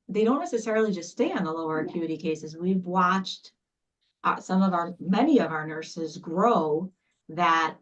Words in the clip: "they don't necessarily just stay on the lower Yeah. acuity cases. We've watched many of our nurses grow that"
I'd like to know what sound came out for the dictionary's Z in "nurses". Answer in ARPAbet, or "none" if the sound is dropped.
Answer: Z